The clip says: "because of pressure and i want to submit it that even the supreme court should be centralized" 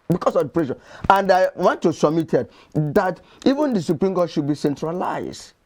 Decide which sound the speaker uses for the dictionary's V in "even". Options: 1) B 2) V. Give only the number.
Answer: 2